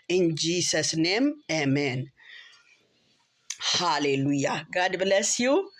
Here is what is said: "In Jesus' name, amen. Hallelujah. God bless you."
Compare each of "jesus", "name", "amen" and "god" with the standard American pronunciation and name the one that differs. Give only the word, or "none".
jesus